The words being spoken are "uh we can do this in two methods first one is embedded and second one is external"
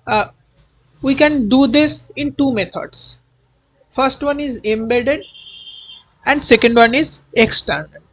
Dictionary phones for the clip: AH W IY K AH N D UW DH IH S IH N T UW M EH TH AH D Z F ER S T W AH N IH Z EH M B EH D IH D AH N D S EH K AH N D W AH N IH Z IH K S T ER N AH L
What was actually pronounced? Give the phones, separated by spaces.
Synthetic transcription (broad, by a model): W IY K AH N D UW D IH S IH N T UW M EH T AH D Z F ER S T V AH N IH Z EH M B EH D IH D AH N D S EH K AH N D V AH N IH Z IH K S T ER N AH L